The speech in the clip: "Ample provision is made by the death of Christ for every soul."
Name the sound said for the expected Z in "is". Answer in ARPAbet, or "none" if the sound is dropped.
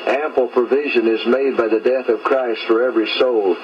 Z